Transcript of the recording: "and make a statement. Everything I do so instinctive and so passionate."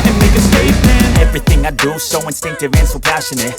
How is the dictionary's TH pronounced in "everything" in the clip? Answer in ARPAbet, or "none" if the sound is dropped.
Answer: TH